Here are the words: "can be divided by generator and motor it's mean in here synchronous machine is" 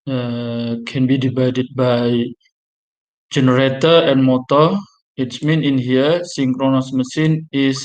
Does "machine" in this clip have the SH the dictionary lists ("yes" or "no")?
no